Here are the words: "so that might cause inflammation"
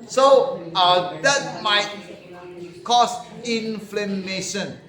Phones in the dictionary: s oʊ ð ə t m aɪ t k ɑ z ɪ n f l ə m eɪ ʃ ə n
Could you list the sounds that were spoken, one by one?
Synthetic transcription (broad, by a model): s oʊ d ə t m aɪ t k ɑ s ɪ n f l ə m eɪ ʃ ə n